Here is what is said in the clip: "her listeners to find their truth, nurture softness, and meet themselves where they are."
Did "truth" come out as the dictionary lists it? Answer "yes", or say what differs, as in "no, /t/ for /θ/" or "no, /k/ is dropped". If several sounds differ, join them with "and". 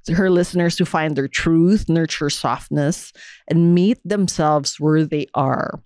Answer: yes